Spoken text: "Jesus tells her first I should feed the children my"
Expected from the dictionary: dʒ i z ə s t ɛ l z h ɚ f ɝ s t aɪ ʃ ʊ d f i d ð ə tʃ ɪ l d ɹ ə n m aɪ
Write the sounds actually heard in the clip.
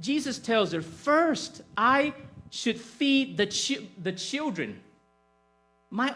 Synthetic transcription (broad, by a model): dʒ i z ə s t ɛ l z ɚ f ɝ s t aɪ ʃ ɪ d f i d ð ə tʃ ɪ l d ɹ ə n m aɪ